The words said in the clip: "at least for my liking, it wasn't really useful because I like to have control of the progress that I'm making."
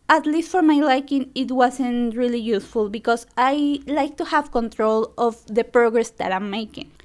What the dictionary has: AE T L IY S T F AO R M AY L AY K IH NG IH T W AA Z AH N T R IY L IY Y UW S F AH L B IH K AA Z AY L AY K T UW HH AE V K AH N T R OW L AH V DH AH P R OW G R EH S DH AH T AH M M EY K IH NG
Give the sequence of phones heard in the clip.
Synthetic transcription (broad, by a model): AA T L IY S T F AO R M AY L AY K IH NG IH T W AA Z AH N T R IY L IY Y UW S F AH L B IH K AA S AY L AY K T UW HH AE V K AH N T R OW L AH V DH AH P R OW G R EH S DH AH T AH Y M EY K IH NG